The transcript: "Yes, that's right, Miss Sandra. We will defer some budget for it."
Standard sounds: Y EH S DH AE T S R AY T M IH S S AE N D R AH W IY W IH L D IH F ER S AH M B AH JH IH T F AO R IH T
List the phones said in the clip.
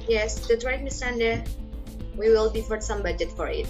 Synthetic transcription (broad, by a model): Y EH S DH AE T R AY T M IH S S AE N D AH W IY W IH L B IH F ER S AH M B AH JH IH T F AO R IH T